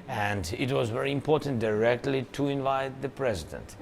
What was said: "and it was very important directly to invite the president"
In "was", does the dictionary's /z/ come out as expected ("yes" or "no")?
yes